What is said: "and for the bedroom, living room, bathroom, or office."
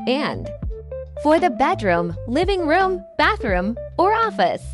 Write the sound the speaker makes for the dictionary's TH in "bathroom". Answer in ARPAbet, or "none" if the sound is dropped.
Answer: TH